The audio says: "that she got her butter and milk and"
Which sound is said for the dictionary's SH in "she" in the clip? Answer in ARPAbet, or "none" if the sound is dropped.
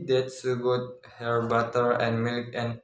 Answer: S